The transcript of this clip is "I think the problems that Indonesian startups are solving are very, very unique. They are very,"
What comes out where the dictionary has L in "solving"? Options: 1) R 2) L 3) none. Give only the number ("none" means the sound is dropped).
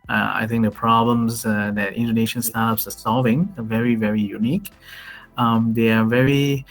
2